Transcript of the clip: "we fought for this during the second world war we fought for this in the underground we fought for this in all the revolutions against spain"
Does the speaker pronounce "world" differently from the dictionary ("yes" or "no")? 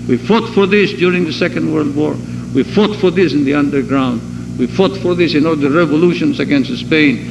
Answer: no